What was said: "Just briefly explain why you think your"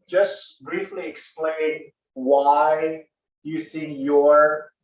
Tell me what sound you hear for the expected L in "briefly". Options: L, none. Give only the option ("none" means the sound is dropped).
L